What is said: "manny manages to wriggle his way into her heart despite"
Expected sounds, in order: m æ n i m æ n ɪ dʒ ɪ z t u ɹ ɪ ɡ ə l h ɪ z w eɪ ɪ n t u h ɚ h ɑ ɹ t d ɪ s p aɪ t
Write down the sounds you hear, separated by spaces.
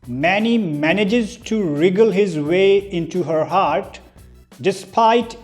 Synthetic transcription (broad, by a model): m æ n i m æ n ɪ dʒ ɪ z t u ɹ ɪ ɡ ə l h ɪ z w eɪ ɪ n t u h ɚ h ɑ ɹ t d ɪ s p aɪ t